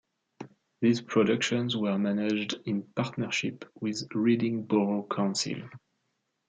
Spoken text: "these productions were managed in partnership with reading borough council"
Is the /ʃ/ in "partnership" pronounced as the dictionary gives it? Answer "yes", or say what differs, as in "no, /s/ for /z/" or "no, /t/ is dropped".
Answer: yes